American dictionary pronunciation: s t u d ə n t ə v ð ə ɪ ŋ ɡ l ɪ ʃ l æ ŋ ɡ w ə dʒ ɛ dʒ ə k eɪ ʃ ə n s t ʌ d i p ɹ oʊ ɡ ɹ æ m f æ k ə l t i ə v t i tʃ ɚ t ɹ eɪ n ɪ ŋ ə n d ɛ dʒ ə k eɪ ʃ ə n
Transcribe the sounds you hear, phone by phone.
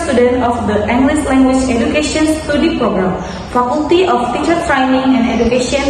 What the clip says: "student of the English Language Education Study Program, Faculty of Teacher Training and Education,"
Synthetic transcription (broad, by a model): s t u d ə n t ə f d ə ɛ ŋ ɡ l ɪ s l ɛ ŋ ɡ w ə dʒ ɛ dʒ ə k eɪ ʃ ə n s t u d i p ɹ oʊ ɡ ɹ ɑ m f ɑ k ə l t i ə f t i tʃ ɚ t ɹ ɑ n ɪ ŋ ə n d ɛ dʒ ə k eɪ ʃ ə n